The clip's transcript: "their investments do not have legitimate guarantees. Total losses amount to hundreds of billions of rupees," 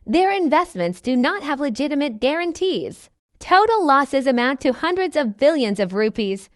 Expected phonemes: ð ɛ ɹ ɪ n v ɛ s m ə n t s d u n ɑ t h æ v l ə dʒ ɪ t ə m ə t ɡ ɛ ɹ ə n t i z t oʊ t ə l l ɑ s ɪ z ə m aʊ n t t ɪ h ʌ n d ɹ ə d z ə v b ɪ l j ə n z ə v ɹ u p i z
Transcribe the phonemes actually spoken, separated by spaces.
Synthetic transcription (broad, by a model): ð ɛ ɹ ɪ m v ɛ s m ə n t s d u n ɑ t h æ v l ə dʒ ɪ t ə m ə t ɡ ɛ ɹ ə n t i z t oʊ t l l ɑ s ɪ z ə m aʊ n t t ɪ h ʌ n d ɹ ə d z ə v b ɪ l j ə n z ə v ɹ u p i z